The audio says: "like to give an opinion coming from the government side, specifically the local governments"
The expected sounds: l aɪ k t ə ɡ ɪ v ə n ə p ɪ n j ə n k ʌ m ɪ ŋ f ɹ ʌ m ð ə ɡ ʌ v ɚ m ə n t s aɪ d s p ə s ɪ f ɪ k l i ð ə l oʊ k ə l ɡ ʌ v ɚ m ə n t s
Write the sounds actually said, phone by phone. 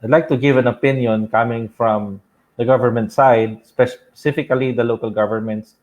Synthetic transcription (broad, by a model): l aɪ k t ə ɡ ɪ v ə n ə p ɪ n j ə n k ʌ m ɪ ŋ f ɹ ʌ m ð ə ɡ ʌ v ɚ m ə n t s aɪ d s p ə s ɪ f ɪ k l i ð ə l oʊ k ə l ɡ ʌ v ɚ m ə n t s